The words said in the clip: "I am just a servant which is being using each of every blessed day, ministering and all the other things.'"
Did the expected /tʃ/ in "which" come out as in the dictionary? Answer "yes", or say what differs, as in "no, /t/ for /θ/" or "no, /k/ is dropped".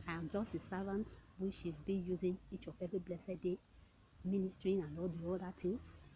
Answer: no, /ʃ/ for /tʃ/